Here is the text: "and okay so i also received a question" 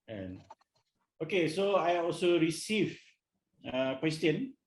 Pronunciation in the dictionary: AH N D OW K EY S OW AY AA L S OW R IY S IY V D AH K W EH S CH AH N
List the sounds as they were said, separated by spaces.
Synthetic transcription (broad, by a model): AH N OW K EY S OW AY AA L S OW R IY S IY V AH K W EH S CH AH N